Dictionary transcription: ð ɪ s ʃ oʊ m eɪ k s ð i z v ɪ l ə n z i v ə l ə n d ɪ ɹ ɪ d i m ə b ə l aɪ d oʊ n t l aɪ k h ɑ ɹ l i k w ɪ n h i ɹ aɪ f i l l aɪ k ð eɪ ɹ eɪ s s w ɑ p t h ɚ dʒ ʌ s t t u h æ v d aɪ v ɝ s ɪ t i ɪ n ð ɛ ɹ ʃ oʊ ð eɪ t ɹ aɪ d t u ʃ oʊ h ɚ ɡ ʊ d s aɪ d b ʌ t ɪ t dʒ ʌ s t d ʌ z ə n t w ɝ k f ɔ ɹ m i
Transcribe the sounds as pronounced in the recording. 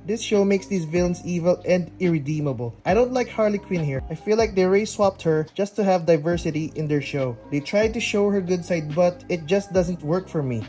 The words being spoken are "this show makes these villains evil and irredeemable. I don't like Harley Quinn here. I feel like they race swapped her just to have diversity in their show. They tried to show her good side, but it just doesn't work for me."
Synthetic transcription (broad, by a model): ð ɪ s ʃ oʊ m eɪ k s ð i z v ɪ l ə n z i v ə l ə n d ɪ ɹ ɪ d i m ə b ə l aɪ d oʊ n t l aɪ k h ɑ ɹ l i k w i n h i ɹ aɪ f i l l aɪ k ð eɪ ɹ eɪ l s w ɑ p t h ɚ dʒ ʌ s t t u h æ v d aɪ v ɝ s ɪ t i ɪ n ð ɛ ɹ ʃ oʊ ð eɪ t ɹ aɪ d t u ʃ oʊ h ɚ ɡ ʊ d s aɪ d b ʌ t ɪ t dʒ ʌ s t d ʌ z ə n t w ɝ k f ɔ ɹ m i